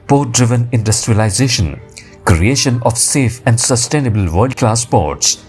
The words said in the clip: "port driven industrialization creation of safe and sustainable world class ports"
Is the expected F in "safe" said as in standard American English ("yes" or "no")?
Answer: yes